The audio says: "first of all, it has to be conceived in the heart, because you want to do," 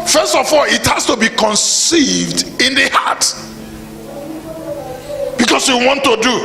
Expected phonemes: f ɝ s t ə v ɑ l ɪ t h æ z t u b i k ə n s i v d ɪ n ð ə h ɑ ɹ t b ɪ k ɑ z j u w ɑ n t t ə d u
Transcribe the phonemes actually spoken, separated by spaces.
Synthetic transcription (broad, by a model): f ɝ s t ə f ɑ l ɪ t h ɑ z t u b i k ə n s i v d ɪ n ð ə h ɑ t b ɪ k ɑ s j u w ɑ n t t ə d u